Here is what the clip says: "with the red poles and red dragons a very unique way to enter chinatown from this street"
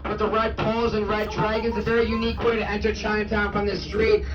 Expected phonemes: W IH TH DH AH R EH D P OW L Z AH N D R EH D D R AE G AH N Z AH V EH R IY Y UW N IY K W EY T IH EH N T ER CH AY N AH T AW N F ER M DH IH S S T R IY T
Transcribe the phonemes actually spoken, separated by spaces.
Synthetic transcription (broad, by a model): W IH DH AH R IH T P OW L Z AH N R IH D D R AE G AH N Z AH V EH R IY Y UW N IY K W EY T IH EH N T ER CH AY AH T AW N P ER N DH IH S S T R IY T